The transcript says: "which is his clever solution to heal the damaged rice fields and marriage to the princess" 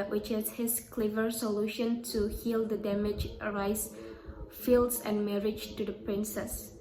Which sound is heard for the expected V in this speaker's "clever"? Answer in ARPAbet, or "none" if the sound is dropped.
V